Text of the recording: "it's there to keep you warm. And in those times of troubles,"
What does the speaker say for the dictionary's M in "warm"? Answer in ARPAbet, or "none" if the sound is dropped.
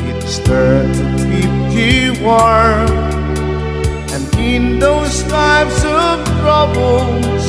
none